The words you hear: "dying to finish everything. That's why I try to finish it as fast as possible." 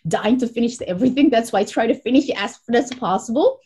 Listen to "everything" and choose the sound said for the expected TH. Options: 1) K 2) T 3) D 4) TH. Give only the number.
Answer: 4